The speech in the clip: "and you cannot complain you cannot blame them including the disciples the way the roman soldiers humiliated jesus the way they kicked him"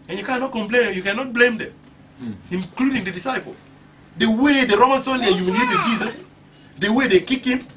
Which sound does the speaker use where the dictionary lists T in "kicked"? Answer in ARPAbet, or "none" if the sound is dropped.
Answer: none